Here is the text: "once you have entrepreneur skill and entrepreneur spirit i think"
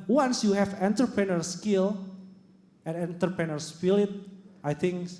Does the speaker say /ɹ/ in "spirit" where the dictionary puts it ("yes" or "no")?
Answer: no